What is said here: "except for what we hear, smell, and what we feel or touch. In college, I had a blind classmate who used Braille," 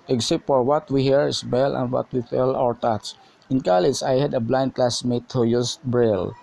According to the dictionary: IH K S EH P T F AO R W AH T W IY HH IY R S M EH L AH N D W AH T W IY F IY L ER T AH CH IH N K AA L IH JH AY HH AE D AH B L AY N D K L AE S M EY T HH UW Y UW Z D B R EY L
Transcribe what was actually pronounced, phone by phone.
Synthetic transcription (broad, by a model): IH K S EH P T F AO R W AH T W IY HH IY R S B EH L AH N D W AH T W IY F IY L ER T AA S IH N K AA L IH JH AY HH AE D AH B L AY N D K L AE S M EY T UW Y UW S B R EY L